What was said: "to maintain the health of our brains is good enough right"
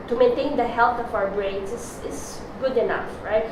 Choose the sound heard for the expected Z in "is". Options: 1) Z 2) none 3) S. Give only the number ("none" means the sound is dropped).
3